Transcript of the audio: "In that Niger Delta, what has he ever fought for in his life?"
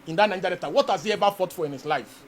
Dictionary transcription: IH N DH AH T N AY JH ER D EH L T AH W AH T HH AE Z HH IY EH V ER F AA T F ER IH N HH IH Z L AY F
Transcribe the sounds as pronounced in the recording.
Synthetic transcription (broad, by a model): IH N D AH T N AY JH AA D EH T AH W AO T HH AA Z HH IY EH V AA F AA T F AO IH N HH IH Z L AY F